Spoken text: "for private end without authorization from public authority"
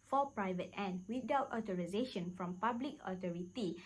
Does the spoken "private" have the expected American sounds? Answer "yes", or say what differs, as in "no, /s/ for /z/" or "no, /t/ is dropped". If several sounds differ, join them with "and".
yes